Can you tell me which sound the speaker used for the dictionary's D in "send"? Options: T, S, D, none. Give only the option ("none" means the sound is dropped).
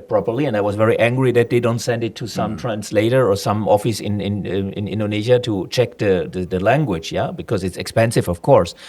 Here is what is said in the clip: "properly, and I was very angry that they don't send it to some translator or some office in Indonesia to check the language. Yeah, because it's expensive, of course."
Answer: D